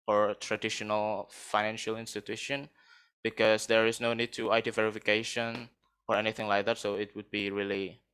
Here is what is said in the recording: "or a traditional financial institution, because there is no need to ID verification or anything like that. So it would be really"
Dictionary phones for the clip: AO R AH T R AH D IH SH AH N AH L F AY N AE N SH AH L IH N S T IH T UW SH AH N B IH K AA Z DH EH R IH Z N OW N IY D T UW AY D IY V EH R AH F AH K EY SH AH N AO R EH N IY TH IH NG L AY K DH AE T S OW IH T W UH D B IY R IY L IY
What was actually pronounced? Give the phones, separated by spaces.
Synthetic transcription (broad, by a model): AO R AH T R AH D IH SH AH N AH L F AY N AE N SH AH L IH N S T IH T UW SH AH N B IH K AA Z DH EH R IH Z N OW N IY D T UW AY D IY V EH R AH F AH K EY SH AH N AO R EH N IY TH IH NG L AY K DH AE T S OW IH T W UH D B IY R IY L IY